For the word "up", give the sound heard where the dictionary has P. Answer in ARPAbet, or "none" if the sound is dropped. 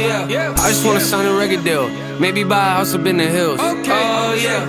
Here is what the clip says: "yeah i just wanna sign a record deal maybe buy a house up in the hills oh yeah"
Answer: B